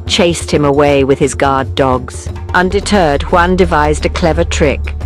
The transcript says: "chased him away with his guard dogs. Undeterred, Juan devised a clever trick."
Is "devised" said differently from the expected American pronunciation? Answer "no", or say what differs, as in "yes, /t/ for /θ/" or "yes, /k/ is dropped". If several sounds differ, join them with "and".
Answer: no